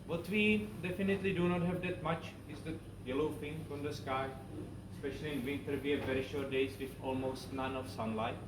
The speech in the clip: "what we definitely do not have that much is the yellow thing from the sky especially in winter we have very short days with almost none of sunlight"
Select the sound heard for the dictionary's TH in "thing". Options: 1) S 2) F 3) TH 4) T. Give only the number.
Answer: 2